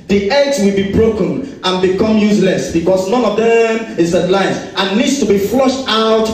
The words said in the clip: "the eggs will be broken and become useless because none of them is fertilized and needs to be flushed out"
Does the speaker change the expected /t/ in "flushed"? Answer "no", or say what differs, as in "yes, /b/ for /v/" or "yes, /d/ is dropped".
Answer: no